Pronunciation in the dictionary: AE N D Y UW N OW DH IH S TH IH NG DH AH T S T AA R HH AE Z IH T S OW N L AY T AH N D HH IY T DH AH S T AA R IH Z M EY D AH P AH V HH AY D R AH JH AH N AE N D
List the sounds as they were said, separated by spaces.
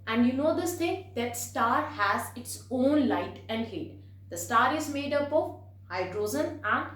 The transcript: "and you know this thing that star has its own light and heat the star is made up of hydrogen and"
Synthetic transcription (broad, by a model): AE N D Y UW N OW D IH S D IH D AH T S T AA R HH AE Z IH T S OW N L AY T AH N D HH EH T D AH S T AA R IH Z M EY D AH P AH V HH AY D R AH Z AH N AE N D